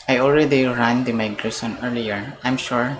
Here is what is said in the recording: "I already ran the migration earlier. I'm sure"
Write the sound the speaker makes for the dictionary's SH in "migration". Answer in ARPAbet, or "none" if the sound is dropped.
S